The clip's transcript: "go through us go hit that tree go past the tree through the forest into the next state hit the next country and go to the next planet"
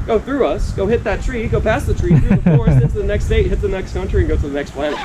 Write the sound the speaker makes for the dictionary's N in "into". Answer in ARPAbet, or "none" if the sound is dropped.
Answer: none